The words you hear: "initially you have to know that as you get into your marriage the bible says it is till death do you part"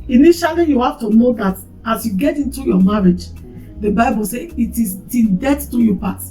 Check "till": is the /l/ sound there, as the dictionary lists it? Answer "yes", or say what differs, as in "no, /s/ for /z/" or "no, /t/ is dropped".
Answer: no, /n/ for /l/